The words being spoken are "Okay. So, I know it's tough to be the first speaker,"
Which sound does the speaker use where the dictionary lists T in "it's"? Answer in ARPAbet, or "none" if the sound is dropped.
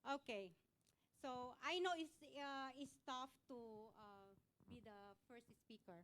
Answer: S